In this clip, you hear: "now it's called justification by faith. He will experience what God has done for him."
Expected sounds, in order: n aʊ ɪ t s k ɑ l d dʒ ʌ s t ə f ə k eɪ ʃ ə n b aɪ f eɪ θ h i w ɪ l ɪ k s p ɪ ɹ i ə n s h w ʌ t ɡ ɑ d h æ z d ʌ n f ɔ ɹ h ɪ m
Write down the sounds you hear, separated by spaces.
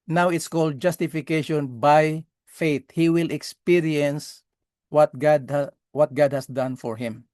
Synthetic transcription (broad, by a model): n aʊ ɪ t s k ɑ l d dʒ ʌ s t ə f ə k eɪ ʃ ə n b aɪ f eɪ t h i w ɪ l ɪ k s p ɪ ɹ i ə n s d w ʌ t ɡ ɑ d h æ s d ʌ n f ɔ ɹ h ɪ m